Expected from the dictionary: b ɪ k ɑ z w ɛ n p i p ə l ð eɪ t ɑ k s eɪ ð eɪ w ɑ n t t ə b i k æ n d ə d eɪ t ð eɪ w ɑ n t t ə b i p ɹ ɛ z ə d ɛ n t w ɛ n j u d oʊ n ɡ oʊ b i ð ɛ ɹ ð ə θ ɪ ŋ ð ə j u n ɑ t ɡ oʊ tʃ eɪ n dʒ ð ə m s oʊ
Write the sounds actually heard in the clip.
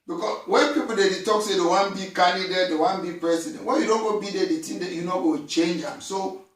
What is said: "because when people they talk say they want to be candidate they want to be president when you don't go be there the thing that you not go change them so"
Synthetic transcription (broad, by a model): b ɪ k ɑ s w ɛ n p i p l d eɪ t ɑ k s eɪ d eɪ w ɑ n b i k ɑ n d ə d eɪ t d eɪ w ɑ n b i p ɹ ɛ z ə d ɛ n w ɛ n j u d oʊ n ɡ oʊ b i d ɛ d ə t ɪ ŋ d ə j u n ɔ ɡ oʊ tʃ eɪ n dʒ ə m s oʊ